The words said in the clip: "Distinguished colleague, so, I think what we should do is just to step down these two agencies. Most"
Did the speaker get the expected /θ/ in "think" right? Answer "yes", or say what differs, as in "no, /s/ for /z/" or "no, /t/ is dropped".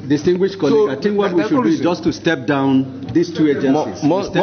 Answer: no, /t/ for /θ/